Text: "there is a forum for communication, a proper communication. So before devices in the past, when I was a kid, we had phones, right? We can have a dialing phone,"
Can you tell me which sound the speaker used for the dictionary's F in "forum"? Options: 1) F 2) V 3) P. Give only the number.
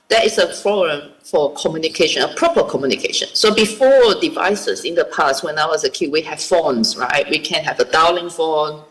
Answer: 3